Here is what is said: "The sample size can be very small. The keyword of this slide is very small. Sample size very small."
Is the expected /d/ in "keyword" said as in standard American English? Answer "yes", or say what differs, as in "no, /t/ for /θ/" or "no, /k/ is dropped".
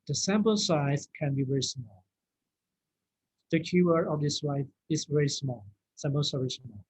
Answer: no, /d/ is dropped